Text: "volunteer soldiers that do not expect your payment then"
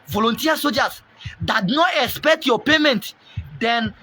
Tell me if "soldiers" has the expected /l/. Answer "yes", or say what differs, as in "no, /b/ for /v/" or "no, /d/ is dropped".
no, /l/ is dropped